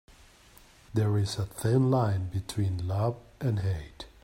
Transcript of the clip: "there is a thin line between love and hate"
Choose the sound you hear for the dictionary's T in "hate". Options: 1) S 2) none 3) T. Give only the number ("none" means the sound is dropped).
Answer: 3